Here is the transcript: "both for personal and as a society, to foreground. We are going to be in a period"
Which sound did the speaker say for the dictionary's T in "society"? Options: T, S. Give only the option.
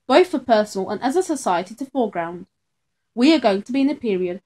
T